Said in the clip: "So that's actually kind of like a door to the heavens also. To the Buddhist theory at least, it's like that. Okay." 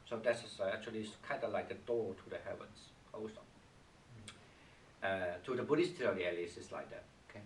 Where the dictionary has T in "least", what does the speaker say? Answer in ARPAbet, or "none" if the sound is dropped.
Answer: none